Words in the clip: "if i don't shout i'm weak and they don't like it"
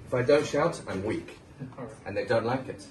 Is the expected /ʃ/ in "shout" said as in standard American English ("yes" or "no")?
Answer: yes